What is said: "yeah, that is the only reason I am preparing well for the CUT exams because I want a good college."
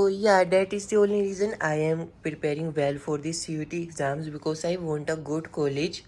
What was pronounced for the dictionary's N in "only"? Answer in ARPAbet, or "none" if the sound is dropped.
none